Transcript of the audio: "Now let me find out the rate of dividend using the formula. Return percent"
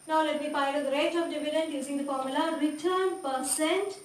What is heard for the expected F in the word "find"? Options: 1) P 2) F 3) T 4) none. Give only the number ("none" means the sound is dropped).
1